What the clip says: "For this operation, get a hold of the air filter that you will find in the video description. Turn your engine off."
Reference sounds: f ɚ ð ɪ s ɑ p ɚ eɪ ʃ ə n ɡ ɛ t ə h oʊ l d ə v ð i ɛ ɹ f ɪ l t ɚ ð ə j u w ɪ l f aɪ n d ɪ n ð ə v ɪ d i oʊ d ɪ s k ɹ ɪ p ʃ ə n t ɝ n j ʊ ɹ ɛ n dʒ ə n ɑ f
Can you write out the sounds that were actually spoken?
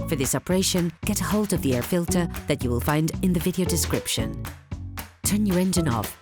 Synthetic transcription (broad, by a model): f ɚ ð ɪ s ɑ p ɚ eɪ ʃ ə n ɡ ɛ t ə h oʊ l d ə v ð i ɛ ɹ f ɪ l t ɚ ð ə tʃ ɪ w ɪ l f aɪ n d ɪ n ð ə v ɪ d i oʊ d ɪ s k ɹ ɪ p ʃ ə n t ɝ n j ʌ ɹ ɛ n dʒ ə n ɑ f